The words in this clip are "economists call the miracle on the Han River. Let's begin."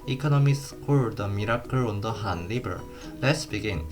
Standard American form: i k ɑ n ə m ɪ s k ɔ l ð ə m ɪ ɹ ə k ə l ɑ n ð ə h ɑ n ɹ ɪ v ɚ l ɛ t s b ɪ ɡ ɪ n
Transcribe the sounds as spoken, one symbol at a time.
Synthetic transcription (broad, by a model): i k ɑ n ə m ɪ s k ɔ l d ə m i ɹ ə k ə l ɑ n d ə h ɑ n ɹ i b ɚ l ɛ t s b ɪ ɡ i n